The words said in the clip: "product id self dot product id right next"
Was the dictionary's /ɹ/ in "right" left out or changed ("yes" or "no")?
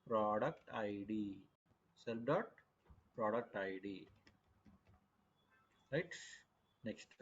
yes